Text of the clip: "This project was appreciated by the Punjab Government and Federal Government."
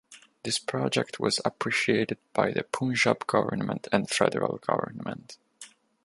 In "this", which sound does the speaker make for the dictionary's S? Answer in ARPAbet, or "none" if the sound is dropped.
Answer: S